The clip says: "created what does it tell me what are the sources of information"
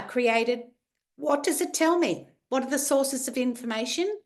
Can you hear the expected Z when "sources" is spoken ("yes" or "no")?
yes